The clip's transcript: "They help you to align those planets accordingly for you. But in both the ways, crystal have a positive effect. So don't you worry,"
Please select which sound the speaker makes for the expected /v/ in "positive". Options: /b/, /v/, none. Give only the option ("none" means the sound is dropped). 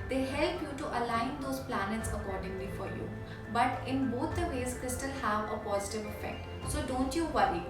/v/